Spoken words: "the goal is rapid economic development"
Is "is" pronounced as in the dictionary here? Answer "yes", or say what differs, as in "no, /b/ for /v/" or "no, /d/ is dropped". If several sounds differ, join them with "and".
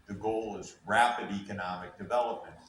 yes